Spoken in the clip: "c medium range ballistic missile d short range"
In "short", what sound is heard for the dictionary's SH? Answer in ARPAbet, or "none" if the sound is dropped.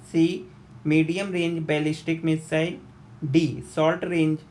S